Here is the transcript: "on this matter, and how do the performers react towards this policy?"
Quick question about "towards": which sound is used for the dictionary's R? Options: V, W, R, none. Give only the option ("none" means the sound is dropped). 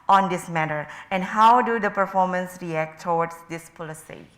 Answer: W